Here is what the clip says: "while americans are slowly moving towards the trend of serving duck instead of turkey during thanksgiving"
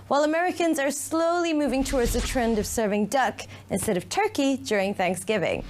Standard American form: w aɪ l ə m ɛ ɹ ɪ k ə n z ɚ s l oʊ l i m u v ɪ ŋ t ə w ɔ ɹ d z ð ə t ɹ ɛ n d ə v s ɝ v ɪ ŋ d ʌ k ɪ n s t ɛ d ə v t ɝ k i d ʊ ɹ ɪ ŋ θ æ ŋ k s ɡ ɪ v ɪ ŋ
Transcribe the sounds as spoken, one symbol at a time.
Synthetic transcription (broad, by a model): w aɪ l ə m ɛ ɹ ɪ k ə n z ɚ s l oʊ l i m u v ɪ ŋ t ə w ɔ ɹ d z ð ə t ɹ ɛ n d ə v s ɝ v ɪ ŋ d ʌ k ɪ n s t ɛ d ə v t ɝ k i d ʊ ɹ ɪ ŋ θ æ ŋ k s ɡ ɪ v ɪ ŋ